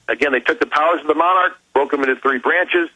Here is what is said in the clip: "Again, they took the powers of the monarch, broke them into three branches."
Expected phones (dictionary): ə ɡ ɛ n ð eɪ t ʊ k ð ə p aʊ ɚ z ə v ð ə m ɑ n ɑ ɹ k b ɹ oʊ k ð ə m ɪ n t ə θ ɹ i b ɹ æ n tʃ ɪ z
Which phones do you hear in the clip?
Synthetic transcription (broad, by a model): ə ɡ ɛ n ð eɪ t ʊ k ð ə p aʊ ɚ z ə v ð ə m ɑ n ɑ ɹ k b ɹ oʊ k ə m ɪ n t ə θ ɹ i b ɹ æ n tʃ ɪ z